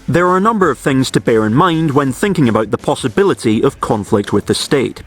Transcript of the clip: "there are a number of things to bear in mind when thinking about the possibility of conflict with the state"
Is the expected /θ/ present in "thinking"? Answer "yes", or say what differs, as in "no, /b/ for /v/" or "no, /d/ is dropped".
yes